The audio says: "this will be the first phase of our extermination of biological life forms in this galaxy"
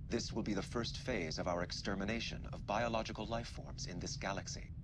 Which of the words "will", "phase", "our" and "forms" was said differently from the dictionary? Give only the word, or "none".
none